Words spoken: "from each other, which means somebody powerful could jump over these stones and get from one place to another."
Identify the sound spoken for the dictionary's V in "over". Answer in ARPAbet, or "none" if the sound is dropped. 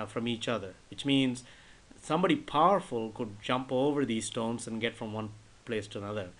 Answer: V